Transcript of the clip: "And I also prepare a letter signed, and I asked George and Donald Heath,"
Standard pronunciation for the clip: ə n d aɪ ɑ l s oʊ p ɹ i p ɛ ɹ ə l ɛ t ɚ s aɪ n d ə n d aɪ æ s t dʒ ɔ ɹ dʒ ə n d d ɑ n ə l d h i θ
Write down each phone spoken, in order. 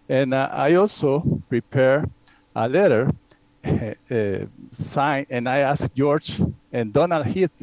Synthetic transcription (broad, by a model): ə n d aɪ ɑ l s oʊ p ɹ i p ɛ ɹ ə l ɛ t ɚ s aɪ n ə n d aɪ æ s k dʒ ɔ ɹ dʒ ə n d d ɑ n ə l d h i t